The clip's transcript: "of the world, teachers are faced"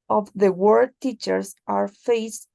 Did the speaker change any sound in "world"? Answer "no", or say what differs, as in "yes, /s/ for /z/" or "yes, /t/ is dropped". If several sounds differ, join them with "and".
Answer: yes, /l/ is dropped